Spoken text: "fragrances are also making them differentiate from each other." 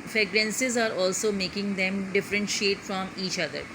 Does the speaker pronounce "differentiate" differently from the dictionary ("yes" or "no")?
no